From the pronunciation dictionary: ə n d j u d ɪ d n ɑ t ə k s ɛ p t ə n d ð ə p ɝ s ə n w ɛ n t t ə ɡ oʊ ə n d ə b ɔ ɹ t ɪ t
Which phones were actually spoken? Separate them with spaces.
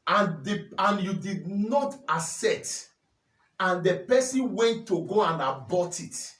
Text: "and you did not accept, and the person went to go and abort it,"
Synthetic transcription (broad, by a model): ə n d j u d ɪ d n ɑ t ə s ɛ t ə n d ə p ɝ s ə n w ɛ n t t ə ɡ oʊ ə n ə b ɔ t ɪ t